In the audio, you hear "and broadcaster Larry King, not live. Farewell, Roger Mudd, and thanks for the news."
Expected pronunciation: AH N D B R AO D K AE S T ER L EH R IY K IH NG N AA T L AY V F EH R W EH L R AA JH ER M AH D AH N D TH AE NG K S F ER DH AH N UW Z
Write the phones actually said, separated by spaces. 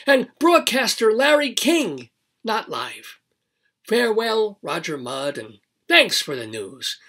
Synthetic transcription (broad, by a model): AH N B R AO D K AE S T ER L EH R IY K IH NG N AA T L AY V F EH R W EH L R AA JH ER M AH D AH N TH AE NG K S F ER DH AH N UW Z